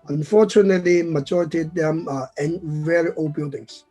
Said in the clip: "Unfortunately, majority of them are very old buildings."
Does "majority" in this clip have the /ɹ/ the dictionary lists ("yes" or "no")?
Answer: yes